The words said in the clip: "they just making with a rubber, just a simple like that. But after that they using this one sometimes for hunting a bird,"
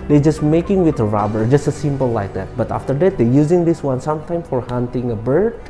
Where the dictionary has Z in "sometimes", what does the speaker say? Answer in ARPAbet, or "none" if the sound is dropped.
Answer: none